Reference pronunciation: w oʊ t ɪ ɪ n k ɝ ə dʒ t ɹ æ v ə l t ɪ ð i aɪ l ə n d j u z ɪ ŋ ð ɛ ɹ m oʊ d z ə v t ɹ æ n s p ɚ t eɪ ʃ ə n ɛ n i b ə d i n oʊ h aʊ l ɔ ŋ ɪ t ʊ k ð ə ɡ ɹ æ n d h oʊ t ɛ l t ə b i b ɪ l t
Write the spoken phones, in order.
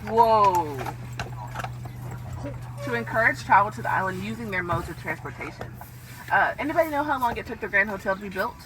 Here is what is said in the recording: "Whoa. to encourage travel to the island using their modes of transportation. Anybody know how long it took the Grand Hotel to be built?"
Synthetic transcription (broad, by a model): w oʊ t ɪ ɪ n k ɝ ə dʒ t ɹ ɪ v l t ɪ ð i aɪ l ə n d j u z ɪ ŋ ð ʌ ɹ m oʊ d z ə v t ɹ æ n s p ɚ t eɪ ʃ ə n ɛ n i b ə d i n oʊ h aʊ l ɔ ŋ ɪ t ʊ k ð ə ɡ ɹ æ n d h oʊ t ɛ l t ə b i b ɪ l t